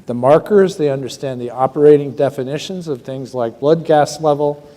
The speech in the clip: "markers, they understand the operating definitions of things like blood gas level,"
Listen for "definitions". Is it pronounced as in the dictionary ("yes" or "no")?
yes